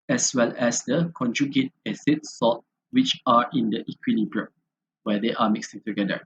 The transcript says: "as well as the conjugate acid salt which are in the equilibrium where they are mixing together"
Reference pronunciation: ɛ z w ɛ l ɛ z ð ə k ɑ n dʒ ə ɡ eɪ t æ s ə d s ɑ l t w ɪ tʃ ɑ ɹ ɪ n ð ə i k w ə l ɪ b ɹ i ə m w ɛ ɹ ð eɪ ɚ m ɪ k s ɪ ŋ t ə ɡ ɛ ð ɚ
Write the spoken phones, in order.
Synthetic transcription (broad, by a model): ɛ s w ɛ l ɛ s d ə k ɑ n dʒ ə ɡ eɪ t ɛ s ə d s ɑ t w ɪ tʃ ɑ ɹ ɪ n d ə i k w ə l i b ɹ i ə w ɛ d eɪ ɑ m ɪ k s ɪ ŋ t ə ɡ ɛ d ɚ